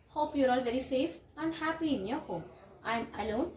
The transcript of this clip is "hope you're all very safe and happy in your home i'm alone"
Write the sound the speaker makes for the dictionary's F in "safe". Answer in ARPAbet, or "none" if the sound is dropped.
F